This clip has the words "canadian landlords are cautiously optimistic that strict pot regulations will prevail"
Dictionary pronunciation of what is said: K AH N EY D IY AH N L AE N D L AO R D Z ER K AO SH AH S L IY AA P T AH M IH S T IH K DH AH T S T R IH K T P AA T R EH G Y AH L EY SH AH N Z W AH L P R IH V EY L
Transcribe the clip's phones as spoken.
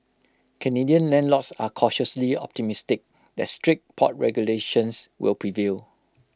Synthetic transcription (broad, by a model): K AH N EY D IY AH N L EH N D L AO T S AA K AO SH AH S L IY AA P T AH M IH S T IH K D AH T S T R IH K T P AA T R EH G Y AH L EY SH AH N S W AH L P R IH V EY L